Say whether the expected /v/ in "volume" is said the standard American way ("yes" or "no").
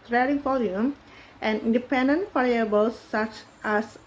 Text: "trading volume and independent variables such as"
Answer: no